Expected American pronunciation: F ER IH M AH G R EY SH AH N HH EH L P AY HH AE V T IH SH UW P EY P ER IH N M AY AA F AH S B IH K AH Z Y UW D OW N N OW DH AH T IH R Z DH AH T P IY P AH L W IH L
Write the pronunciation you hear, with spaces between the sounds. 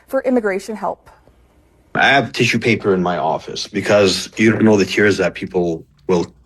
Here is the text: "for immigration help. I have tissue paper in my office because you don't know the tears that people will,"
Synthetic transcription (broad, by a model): F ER IH M AH G R EY SH AH N HH EH L P AY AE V T IH SH UW P EY P ER IH N M AY AA F AH S B IH K AH Z Y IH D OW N N OW DH AH T IH R Z DH AH T P IY P L W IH L